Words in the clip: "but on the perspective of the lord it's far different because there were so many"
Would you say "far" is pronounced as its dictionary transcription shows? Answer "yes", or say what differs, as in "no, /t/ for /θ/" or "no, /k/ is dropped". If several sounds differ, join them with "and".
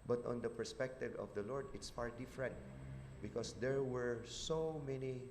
no, /p/ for /f/